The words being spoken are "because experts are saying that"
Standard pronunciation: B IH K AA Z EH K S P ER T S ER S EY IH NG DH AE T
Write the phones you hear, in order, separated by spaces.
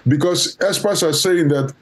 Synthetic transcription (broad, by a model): B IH K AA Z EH S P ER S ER S EY IH NG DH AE T